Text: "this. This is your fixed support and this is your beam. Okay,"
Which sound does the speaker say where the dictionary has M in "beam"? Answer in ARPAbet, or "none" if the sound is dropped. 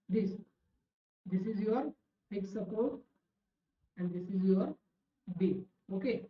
none